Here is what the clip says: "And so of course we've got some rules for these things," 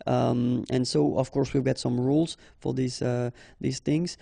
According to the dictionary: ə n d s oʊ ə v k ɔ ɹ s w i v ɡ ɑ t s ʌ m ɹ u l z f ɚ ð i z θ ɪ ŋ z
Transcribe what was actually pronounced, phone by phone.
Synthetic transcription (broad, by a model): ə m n s oʊ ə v k ɔ ɹ s w i v ɡ ɑ t s ʌ m ɹ u l z f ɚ ð i z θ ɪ ŋ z